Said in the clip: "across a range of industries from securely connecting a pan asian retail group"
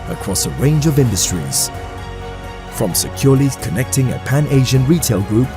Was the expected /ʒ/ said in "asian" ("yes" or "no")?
yes